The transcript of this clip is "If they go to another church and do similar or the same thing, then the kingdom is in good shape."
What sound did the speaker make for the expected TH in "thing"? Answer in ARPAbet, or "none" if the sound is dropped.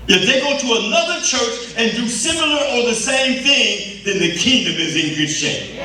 TH